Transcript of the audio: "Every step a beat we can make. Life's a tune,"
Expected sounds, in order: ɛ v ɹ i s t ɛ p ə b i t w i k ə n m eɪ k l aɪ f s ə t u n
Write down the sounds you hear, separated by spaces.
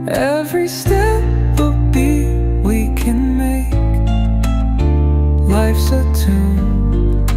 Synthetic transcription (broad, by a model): ɛ v ɹ i s t ɛ p ə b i w i k ə n m eɪ k l aɪ f s ə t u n